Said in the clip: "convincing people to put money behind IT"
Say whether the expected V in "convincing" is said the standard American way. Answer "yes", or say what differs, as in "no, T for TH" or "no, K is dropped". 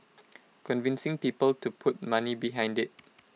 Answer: yes